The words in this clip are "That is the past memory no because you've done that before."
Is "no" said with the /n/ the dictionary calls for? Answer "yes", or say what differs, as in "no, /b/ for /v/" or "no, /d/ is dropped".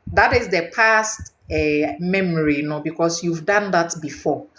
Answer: yes